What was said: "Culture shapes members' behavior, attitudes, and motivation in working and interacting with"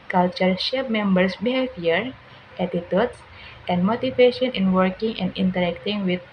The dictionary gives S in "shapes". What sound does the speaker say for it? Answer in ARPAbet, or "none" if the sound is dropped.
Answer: none